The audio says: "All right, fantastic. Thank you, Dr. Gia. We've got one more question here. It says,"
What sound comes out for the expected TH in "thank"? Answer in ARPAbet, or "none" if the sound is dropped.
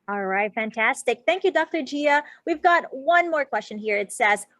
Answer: TH